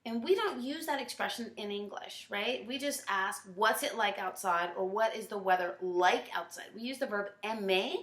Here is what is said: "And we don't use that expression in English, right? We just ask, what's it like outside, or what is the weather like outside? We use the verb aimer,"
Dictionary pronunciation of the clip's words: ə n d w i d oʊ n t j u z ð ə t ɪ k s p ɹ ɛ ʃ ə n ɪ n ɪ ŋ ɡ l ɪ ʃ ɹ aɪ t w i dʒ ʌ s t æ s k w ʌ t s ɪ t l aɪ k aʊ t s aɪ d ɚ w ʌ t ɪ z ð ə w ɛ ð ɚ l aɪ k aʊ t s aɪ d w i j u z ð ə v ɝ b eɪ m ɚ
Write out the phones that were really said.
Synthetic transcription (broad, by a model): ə n w i d oʊ n t j u z ð ə t ɪ k s p ɹ ɛ ʃ ə n ɪ n ɪ ŋ ɡ l ɪ ʃ ɹ aɪ t w i dʒ ʌ s t æ s k w ʌ t s ɪ t l aɪ k aʊ t s aɪ d ɚ w ʌ t ɪ z ð ə w ɛ ð ɚ l aɪ k aʊ t s aɪ d w i j u z ð ə v ɝ b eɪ m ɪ